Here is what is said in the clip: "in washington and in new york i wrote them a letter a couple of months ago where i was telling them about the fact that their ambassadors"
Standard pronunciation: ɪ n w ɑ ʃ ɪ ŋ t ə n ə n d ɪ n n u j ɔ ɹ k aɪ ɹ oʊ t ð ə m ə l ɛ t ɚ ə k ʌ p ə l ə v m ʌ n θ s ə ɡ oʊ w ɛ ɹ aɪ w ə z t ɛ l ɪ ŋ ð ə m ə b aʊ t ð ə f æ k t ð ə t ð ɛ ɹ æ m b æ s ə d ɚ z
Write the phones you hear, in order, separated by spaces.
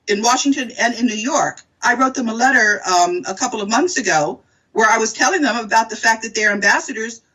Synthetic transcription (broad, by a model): ɪ n w ɑ ʃ ɪ ŋ t ə n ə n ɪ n n u j ɔ ɹ k aɪ ɹ oʊ t ð ə m ə l ɛ t ɚ ə k ʌ p l ə v m ʌ n θ s ə ɡ oʊ w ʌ ɹ aɪ w ə z t ɛ l ɪ ŋ ð ə m ə b aʊ t ð ə f æ k ð ə t ð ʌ ɹ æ m b æ s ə d ɚ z